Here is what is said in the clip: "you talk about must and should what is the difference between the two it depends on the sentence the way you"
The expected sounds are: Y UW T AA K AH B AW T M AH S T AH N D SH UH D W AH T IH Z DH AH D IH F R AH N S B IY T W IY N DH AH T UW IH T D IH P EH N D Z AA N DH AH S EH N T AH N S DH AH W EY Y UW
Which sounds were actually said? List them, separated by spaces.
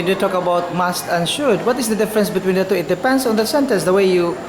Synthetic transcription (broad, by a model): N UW T AA K AH B AW T M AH S T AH N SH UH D W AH T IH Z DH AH D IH F R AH N S B IY T W IY N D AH T UW IH T D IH P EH N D S AA N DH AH S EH N T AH S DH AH W EY Y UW